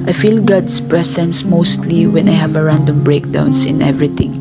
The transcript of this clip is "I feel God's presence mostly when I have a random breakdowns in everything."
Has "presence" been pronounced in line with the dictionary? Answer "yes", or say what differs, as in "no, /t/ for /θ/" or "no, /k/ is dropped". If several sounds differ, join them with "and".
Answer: no, /s/ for /z/